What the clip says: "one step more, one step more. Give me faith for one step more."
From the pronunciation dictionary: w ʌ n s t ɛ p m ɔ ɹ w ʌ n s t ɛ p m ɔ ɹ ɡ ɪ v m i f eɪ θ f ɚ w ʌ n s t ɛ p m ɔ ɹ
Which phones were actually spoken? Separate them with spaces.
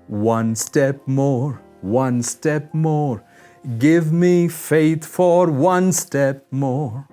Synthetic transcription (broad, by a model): w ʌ n s t ɛ p m ɔ ɹ w ʌ n s t ɛ p m ɔ ɹ ɡ ɪ v m i f eɪ θ f ɚ w ʌ n s t ɛ p m ɔ ɹ